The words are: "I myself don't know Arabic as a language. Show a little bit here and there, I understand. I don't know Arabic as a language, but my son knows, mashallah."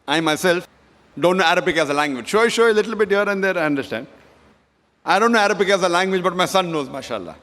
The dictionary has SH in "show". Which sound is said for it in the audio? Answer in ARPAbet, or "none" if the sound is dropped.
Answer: S